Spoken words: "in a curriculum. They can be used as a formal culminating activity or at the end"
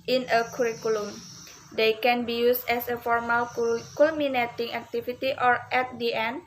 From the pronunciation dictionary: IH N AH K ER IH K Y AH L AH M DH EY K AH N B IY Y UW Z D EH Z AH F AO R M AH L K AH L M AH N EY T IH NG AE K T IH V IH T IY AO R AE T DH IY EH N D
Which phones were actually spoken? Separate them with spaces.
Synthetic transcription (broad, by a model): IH N AH K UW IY K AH L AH M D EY K AH N B IY Y UW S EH S AH F AO R M AH L K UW L M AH N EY T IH NG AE K T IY F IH T IY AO R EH T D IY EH N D